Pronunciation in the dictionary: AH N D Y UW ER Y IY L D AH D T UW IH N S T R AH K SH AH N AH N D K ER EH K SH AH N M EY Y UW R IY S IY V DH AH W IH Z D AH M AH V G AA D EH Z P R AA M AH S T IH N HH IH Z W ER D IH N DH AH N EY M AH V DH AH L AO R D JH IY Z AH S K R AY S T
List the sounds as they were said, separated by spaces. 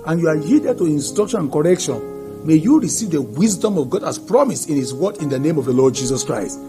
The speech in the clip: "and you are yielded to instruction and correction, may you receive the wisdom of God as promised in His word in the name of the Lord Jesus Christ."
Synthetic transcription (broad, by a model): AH N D Y UW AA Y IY D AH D T UW IH N S T R AH K SH AH N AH N K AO EH K SH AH N M EY Y UW R IY S IY V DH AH W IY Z D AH M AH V G AA D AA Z P R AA M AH S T IH N HH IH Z W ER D IH N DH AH N EY M AH V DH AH L AO D JH IY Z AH S K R AY S T